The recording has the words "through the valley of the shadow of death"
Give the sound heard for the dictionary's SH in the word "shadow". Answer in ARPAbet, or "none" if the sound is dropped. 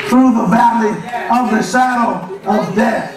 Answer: S